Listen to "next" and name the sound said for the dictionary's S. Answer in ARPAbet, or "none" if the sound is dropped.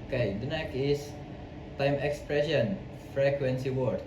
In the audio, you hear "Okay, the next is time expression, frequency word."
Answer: none